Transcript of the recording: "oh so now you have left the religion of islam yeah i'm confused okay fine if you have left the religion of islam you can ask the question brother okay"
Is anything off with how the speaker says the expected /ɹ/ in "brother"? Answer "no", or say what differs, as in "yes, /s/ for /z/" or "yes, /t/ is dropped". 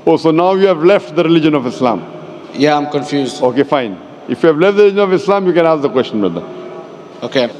yes, /ɹ/ is dropped